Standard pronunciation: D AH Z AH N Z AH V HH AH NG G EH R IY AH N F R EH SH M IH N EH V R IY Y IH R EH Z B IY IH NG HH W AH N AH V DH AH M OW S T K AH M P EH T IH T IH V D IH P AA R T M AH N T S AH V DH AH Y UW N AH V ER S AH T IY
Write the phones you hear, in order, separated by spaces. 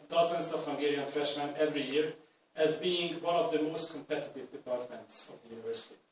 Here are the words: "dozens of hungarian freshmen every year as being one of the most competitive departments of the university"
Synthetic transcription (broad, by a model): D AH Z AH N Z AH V HH AH NG G EH R IY AH N F R EH SH M IH N EH V R IY Y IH R EH Z B IY IH NG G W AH N AH V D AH M OW S T K AH M P EH T IH T IH V D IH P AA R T M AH N T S AH V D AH Y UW N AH V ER S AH T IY